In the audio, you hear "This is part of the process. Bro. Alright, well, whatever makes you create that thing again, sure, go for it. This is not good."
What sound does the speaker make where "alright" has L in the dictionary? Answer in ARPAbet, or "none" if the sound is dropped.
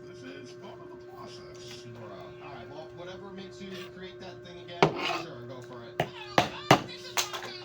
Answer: none